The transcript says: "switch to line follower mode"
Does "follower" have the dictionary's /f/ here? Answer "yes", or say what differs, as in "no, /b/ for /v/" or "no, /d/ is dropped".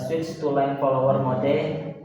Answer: no, /p/ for /f/